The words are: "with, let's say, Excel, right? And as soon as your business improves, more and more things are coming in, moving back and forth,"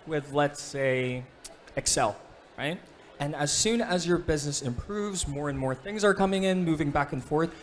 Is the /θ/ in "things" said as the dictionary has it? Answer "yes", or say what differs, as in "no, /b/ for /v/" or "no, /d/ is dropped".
yes